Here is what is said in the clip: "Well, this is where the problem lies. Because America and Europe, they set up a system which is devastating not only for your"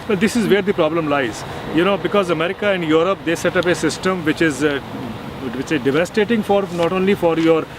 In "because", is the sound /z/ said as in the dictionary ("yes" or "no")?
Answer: yes